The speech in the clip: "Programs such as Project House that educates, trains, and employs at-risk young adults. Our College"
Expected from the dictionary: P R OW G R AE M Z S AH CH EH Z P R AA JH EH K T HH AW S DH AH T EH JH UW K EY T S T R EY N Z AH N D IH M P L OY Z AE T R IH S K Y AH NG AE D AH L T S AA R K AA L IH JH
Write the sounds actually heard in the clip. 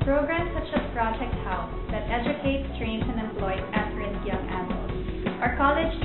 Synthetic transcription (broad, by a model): P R OW G R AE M S AH CH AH P R AA JH EH K T HH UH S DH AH T EH JH UW K EY T S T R EY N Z AH N D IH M P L OY AE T R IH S Y AH NG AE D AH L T AA R K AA L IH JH